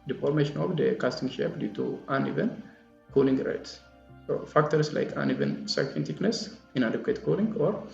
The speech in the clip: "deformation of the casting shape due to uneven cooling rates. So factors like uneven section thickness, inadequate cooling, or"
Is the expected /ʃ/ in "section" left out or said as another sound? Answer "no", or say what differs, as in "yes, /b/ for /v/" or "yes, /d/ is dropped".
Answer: yes, /ʃ/ is dropped